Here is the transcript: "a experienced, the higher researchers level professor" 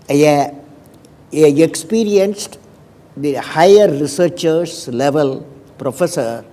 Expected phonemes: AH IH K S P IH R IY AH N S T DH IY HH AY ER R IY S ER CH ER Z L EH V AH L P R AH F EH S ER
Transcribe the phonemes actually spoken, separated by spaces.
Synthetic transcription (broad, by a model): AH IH K S P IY R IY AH N S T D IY HH AY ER R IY S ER CH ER S L EH V AH L P R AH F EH S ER